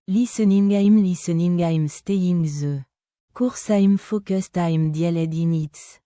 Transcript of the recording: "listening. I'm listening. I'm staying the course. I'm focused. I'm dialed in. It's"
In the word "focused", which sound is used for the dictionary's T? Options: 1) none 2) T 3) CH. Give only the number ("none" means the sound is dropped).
2